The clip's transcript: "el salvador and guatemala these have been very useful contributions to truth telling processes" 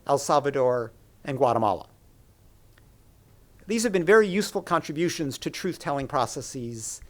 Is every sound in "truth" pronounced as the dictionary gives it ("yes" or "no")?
yes